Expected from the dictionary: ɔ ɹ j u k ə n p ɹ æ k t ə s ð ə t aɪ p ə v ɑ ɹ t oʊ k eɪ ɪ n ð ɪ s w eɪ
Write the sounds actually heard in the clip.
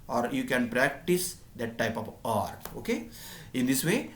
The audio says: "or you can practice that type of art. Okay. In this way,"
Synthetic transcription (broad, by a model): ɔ ɹ j u k ə n p ɹ æ k t ə s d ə t aɪ p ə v ɑ ɹ t oʊ k eɪ ɪ n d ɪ s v eɪ